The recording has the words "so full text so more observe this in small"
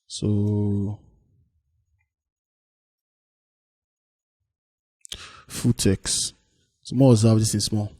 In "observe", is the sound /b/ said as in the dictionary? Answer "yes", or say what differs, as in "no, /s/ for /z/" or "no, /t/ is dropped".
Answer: no, /b/ is dropped